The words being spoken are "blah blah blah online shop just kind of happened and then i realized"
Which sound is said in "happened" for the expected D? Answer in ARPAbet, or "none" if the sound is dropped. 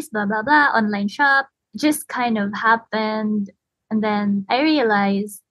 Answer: D